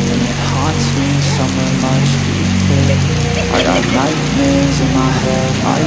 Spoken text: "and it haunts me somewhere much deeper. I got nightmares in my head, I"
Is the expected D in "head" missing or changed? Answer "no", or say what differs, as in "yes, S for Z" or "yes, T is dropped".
yes, D is dropped